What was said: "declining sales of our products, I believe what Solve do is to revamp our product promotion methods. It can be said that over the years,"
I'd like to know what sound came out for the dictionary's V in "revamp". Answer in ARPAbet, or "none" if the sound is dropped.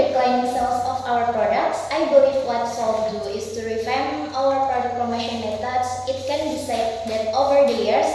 F